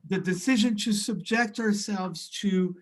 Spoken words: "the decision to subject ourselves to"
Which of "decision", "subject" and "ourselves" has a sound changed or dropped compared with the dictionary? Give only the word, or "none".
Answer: none